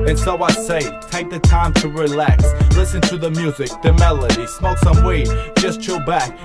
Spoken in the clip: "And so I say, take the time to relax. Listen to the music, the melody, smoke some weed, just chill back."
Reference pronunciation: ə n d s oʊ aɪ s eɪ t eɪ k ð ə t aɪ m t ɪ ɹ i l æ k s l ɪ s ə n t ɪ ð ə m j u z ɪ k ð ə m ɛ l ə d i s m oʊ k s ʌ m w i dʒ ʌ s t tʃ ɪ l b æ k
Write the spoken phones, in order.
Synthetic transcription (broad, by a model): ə n s oʊ aɪ s eɪ t eɪ k ð ə t aɪ m t ɪ ɹ i l æ k s l ɪ s ə n t ɪ ð ə m j u z ɪ k ð ə m ɛ l ə d i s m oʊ s ʌ m w i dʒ ʌ s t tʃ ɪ b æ k